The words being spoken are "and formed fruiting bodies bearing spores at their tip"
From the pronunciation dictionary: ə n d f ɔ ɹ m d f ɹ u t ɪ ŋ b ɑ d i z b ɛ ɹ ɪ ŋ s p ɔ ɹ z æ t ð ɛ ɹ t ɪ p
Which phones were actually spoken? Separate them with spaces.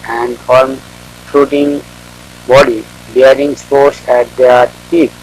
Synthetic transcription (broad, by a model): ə n d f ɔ ɹ m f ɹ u t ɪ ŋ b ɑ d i b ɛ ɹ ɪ ŋ s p ɔ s æ t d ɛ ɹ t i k